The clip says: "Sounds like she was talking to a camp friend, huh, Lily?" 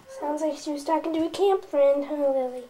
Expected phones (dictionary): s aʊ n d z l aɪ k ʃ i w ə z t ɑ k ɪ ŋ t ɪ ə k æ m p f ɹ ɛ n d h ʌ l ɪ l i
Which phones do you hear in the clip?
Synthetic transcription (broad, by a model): s aʊ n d z l aɪ k ʃ i w ə z t ɑ k ɪ ŋ t ɪ ə k æ m p f ɹ ɛ n d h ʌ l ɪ l i